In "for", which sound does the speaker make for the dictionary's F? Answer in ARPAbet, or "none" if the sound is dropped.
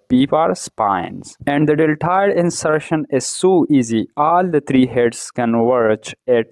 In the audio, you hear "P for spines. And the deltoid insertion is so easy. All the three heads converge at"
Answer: P